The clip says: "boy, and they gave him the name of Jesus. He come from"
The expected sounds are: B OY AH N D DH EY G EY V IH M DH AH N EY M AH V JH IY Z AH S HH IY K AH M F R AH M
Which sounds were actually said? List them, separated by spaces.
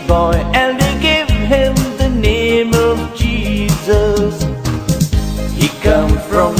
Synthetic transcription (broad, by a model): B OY AH N D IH G EY V IH M DH AH N EY M AH V JH IY Z AH S HH IY K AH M F R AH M